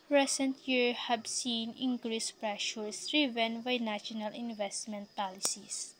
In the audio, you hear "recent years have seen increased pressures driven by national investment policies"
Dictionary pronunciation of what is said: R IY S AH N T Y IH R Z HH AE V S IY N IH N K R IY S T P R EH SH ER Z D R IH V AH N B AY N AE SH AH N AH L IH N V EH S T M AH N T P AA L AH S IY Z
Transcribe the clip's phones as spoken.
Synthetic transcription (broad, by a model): R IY S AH N T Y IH R HH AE B S IY N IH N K R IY S P R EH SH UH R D R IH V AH N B AY N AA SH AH N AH L IH N V EH S T M AH N T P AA L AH S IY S